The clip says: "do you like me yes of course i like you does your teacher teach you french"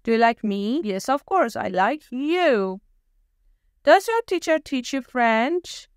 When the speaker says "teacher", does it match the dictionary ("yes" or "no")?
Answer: yes